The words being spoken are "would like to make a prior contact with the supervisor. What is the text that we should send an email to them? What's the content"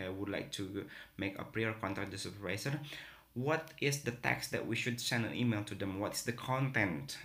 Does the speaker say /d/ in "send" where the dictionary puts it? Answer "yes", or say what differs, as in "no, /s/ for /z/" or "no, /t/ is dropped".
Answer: yes